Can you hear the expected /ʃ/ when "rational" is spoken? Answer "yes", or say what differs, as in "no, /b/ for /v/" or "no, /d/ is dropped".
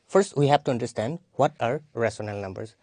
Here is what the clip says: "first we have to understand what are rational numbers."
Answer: no, /s/ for /ʃ/